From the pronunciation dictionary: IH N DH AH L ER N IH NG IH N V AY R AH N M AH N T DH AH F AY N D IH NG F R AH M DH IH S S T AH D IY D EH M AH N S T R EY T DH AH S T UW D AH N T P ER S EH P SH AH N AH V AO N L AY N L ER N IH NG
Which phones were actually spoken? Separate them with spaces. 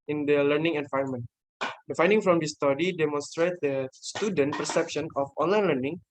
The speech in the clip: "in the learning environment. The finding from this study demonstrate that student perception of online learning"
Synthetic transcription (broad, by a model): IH N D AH L ER N IH NG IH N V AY AH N M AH N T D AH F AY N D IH NG F R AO M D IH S S T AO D IY D EH M AH N S T R EY T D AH S T UW D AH N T P ER S EH P SH AH N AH F AO N L AY N L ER N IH NG